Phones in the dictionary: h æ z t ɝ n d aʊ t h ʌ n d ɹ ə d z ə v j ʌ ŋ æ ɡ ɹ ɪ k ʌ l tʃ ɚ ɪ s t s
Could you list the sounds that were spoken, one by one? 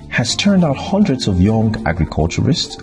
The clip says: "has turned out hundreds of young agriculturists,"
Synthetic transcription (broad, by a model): h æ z t ɝ n d aʊ t h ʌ n d ɹ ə d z ə v j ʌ ŋ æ ɡ ɹ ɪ k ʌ l tʃ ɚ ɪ s t s